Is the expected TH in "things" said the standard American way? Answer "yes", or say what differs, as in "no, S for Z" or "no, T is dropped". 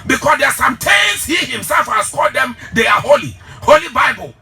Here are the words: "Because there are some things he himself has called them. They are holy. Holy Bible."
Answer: no, T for TH